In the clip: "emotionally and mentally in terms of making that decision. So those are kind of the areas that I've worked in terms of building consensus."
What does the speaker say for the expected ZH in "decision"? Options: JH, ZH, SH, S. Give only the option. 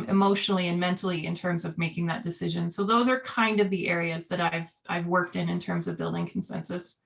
ZH